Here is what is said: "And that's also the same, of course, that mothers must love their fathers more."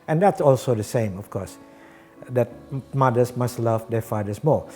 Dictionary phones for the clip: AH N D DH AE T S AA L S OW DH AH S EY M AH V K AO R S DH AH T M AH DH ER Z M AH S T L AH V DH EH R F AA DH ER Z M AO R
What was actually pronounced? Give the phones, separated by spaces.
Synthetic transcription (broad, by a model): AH N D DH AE T S AA L S OW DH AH S EY M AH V K AO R S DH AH T M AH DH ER S M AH S T L AH V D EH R F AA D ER S M AO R